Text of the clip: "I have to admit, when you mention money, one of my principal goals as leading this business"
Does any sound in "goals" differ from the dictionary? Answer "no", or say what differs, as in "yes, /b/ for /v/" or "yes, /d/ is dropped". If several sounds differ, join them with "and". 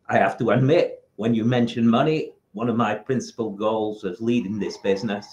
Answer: no